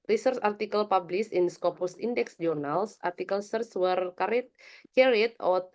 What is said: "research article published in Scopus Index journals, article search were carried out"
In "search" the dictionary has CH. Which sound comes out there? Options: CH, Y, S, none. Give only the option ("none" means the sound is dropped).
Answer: S